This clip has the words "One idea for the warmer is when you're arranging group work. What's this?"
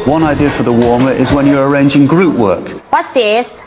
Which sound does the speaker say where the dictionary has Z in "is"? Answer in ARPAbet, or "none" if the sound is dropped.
Z